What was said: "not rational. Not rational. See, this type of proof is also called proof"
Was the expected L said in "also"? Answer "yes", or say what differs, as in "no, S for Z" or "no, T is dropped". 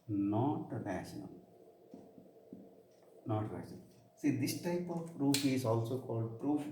yes